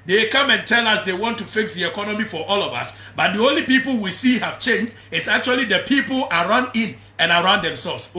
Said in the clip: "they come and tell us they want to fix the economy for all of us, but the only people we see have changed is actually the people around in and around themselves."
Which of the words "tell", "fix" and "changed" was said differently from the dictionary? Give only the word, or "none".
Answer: none